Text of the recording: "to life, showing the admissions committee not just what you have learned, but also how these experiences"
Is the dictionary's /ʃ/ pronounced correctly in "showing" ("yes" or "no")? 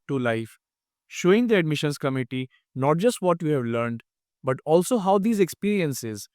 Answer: yes